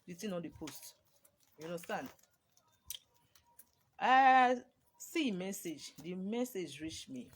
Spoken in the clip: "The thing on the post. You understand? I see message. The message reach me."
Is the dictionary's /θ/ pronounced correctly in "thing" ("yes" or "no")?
no